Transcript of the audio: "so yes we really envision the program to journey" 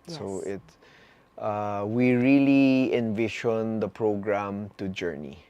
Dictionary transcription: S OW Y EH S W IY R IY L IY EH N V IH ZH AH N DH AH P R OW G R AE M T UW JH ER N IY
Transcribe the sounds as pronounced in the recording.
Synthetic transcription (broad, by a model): S OW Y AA W IY R IY L IY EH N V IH SH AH N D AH P R OW G R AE M T UW JH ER N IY